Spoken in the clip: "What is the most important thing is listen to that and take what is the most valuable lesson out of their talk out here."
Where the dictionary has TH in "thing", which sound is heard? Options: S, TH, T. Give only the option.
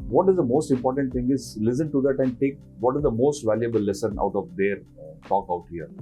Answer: T